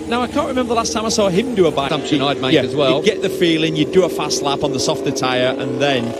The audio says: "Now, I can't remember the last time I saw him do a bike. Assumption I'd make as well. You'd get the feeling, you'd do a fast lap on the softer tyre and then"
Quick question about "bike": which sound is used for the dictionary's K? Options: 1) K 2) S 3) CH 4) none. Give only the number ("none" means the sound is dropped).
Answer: 4